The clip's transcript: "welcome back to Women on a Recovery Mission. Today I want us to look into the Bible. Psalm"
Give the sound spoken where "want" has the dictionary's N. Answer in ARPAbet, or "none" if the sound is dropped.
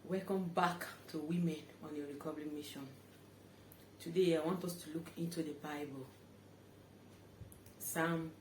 N